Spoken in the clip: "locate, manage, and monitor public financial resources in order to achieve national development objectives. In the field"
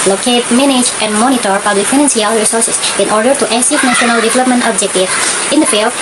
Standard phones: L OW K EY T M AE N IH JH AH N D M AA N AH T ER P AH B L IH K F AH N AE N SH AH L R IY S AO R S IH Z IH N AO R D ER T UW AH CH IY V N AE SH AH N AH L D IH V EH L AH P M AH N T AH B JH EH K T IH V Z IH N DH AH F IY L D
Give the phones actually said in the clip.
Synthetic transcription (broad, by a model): L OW K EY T M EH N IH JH AH N D M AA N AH T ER P AH B L IH K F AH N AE N S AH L R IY S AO R S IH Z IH N AO R D ER T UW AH S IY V N AE SH AH N AH L D IH V EH L AH P M AH N T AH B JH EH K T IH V IH N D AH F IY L